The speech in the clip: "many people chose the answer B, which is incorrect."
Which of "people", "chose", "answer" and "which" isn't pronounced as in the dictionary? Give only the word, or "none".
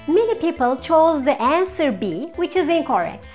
none